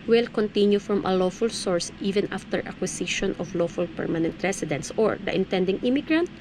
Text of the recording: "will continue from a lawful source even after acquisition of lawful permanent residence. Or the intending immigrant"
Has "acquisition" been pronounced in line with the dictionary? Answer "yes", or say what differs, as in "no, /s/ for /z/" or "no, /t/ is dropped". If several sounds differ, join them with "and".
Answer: no, /s/ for /z/